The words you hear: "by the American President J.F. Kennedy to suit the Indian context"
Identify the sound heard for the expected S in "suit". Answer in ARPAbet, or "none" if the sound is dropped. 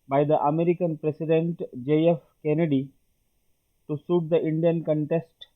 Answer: S